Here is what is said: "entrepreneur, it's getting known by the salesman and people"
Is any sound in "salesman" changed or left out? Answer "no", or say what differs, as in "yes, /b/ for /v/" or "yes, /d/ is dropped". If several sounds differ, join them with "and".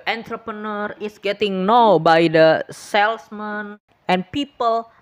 yes, /s/ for /z/